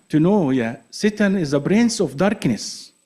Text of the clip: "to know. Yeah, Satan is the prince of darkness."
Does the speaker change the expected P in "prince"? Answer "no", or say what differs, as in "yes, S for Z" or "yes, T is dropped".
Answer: yes, B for P